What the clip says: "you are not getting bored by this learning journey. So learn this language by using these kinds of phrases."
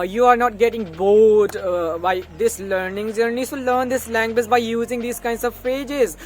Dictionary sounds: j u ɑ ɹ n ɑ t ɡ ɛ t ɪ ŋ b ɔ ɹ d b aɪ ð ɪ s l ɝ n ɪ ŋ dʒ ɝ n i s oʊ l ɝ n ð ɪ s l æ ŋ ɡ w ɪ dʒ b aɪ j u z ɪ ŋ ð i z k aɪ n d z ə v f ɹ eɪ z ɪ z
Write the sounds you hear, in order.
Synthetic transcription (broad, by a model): j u ɑ ɹ n ɑ t ɡ ɛ t ɪ ŋ b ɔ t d b aɪ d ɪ s l ɝ n ɪ ŋ z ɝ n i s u l ɝ n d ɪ s l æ ŋ ɡ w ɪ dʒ b aɪ j u z ɪ ŋ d i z k aɪ n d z ə v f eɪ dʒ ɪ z